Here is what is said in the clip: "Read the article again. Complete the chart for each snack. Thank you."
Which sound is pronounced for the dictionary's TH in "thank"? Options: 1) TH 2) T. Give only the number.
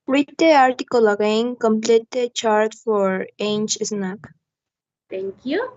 2